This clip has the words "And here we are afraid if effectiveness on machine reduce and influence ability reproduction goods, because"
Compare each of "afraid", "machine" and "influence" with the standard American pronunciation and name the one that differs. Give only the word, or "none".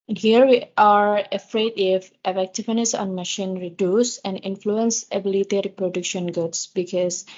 none